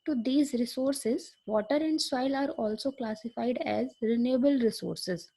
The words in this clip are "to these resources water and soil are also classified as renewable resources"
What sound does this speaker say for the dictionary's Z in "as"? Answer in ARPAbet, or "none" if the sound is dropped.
Z